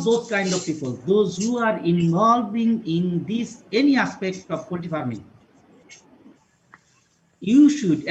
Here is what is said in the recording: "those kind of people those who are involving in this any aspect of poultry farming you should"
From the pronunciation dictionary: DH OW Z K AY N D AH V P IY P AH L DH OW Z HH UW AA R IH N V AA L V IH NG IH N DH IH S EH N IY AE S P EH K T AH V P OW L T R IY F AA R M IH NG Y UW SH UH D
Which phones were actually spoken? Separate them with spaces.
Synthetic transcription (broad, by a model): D OW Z K AY N D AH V P IY P AH L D OW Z HH UW AA R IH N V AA L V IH NG IH N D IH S EH N IY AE S P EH K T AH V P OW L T IY F AA R M IH NG Y UW SH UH D